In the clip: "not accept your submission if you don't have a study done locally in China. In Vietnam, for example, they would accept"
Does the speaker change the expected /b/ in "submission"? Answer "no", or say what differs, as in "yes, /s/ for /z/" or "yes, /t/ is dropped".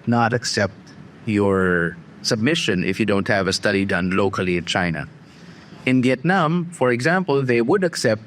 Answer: no